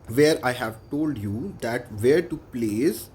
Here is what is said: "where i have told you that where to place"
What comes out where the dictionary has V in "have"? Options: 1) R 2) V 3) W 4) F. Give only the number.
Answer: 2